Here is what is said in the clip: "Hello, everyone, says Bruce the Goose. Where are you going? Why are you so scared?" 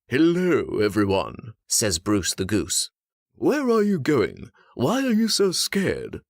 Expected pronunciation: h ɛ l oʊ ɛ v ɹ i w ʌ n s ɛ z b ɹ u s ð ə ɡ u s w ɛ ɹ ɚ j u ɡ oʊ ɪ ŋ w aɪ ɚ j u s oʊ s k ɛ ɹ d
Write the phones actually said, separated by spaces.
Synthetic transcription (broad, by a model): h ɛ l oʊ ɛ v ɹ i w ʌ n s ɛ z b ɹ u s ð ə ɡ u s w ɛ ɹ ɚ j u ɡ oʊ ɪ ŋ w aɪ ɚ j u s oʊ s k ɛ ɹ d